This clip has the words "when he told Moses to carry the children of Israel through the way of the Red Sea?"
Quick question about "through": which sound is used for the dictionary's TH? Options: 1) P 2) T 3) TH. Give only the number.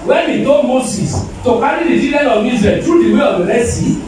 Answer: 2